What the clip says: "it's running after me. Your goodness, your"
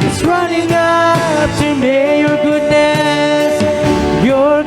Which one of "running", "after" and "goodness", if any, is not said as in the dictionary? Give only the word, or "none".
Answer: after